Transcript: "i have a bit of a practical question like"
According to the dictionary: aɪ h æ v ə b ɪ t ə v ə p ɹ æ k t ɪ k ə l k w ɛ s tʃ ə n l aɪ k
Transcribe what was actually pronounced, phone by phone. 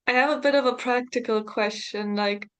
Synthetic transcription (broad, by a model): aɪ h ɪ v ə b ɪ t ə v ə p ɹ æ k t ɪ k ə l k w ɛ s tʃ ə n l aɪ k